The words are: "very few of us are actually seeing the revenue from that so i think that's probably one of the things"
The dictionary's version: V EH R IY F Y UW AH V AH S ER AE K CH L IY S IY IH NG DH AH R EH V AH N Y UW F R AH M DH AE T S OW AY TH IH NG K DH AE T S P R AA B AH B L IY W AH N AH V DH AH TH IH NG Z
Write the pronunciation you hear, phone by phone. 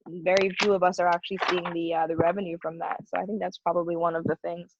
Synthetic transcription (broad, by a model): V EH R IY F Y UW AH V AH S ER AE K CH L IY S IY IH NG DH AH R EH V AH N Y UW F R AH M DH AE T S OW AY TH IH NG K DH AE T S P R AA B AH B L IY W AH N AH V DH AH TH IH NG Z